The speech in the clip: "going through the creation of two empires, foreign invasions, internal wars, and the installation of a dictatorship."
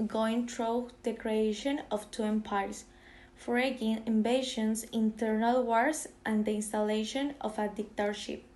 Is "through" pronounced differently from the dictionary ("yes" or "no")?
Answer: yes